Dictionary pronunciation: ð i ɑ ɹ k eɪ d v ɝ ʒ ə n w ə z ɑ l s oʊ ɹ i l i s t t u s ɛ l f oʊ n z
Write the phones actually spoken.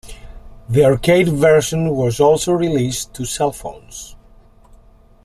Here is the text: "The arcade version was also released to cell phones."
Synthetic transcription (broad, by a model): ð i ɑ ɹ k eɪ d v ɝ ʃ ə n w ə z ɑ l s oʊ ɹ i l i s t t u s ɛ l f oʊ n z